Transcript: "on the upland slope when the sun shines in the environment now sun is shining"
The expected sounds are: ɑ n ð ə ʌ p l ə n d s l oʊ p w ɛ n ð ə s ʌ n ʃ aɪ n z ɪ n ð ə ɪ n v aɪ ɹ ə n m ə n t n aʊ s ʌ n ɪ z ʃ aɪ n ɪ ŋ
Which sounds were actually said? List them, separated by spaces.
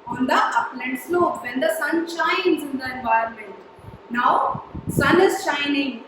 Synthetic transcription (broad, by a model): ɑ n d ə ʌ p l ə n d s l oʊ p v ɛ n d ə s ʌ n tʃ aɪ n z ɪ n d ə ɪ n v aɪ ə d m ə n t n aʊ s ʌ n ɪ z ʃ aɪ n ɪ ŋ